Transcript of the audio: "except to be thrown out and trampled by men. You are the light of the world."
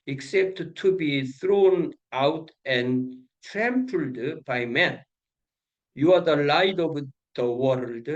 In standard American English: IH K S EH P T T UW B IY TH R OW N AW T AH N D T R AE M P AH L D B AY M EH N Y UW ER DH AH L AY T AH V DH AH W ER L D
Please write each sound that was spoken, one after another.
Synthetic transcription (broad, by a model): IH K S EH P T T UW B IY TH R OW N AW T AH N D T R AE M P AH L D B AY M EH N Y UW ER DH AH L AY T AH V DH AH W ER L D